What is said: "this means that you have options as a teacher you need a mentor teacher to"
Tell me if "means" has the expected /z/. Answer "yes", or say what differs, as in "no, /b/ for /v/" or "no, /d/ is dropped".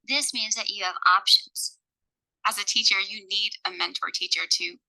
yes